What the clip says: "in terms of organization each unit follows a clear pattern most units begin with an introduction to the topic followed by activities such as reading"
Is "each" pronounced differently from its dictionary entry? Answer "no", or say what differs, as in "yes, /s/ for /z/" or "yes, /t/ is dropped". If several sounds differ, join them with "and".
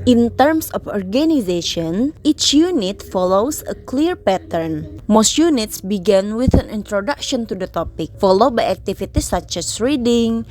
no